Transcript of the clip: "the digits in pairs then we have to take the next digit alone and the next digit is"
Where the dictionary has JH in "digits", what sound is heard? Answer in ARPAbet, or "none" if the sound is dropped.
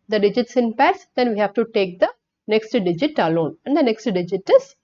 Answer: JH